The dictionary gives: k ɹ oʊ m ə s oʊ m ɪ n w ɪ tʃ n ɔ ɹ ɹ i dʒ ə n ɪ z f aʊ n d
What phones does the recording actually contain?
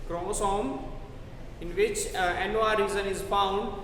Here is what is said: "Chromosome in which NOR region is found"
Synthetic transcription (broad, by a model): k ɹ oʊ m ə s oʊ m ɪ n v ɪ tʃ n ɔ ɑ ɹ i z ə n ɪ z f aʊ n d